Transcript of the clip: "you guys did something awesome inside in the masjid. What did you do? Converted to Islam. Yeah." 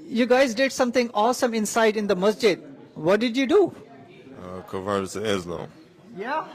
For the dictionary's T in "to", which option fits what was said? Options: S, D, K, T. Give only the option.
S